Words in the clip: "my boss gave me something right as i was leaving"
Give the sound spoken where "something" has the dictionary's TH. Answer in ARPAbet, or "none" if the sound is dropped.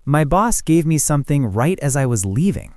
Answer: TH